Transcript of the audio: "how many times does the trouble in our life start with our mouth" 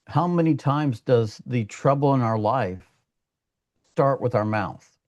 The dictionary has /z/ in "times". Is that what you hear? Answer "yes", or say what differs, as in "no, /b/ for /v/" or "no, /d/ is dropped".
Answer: yes